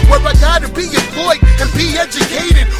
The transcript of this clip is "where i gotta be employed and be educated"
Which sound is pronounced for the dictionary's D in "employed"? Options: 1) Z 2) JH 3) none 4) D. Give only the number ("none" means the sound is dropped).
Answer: 3